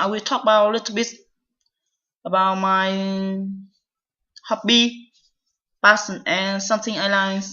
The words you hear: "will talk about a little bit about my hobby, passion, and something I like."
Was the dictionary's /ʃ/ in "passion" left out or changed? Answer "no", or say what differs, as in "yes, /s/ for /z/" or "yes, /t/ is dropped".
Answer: yes, /s/ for /ʃ/